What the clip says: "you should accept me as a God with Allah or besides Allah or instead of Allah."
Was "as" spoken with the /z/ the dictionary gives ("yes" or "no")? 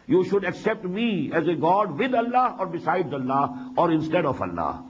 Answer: yes